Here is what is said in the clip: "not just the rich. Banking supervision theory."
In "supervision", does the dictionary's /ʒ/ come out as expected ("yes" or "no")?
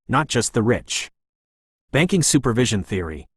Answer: yes